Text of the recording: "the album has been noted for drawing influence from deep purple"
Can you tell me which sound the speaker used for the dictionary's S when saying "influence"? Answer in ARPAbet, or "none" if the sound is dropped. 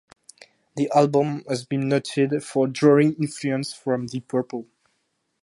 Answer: S